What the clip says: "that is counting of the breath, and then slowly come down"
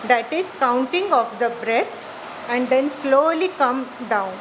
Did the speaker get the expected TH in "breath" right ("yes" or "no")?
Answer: no